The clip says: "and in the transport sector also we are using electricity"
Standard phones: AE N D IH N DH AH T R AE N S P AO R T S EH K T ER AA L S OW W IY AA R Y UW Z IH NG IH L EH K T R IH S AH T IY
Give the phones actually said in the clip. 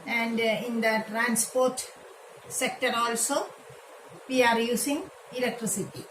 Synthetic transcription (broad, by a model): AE N D IH N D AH T R AE N S P AO R T S EH K T ER AA L S OW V IY AA R Y UW S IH NG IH L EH K T R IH S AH T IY